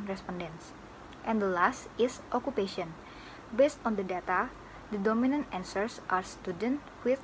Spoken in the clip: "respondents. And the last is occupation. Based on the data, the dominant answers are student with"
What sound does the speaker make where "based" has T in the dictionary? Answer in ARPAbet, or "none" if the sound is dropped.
T